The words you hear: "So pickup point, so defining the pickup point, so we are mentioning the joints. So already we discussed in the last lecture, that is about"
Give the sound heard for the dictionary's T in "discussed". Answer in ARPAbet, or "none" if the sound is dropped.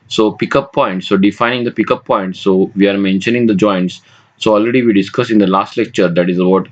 none